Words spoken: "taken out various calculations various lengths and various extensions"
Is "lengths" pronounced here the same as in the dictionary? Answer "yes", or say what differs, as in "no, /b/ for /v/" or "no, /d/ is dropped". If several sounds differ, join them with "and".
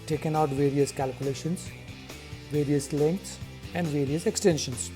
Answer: no, /t/ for /θ/